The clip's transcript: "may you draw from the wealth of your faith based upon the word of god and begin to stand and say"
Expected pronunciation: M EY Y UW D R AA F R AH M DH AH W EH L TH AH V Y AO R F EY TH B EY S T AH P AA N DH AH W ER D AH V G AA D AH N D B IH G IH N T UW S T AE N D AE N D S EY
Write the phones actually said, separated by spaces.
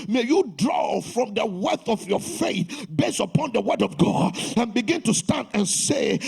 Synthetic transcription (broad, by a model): M EY Y UW D R AA F R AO M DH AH W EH TH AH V Y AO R F EY TH B EY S AH P AA N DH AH W ER D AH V G AA D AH N B IH G IH N T UW S T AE N D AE N S EY